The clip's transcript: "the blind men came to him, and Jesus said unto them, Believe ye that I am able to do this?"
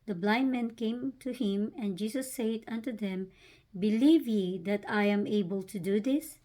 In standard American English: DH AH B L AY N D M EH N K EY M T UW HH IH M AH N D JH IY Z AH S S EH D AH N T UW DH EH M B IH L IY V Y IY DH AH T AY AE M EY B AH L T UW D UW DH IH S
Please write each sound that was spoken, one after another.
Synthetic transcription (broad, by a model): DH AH B L AY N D M EH N K EY M T UW HH IH M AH N JH IY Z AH S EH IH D AH N T UW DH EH M B IH L IY V Y IY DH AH T AY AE M EY B AH L T UW D UW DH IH S